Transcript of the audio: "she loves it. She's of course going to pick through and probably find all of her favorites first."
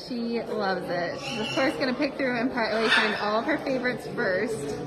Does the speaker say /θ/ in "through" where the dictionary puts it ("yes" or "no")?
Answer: yes